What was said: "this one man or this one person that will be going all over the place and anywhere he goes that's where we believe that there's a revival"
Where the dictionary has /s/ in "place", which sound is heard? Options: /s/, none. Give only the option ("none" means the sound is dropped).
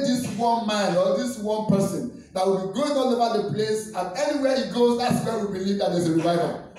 /s/